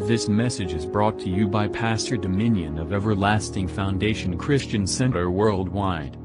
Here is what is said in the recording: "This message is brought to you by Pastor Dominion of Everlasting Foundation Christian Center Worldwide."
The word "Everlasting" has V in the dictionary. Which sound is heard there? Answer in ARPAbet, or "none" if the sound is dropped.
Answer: V